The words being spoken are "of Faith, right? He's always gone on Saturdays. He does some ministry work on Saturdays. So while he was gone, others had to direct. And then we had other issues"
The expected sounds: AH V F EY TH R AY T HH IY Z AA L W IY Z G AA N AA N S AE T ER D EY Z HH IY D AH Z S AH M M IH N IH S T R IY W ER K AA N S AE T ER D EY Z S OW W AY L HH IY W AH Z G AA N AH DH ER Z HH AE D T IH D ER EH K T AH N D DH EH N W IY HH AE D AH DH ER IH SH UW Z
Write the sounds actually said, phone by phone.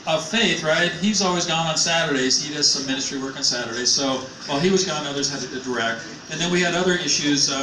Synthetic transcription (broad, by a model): AH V F EY TH R AY T HH IY Z AA L W IY Z G AA N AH N S AE T ER D EY Z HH IY D AH Z S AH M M IH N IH S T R IY W ER K N S AE T ER D EY Z S OW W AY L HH IY W AH Z G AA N AH DH ER Z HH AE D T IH D ER EH K T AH N DH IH N W IY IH D AH DH ER IH SH UW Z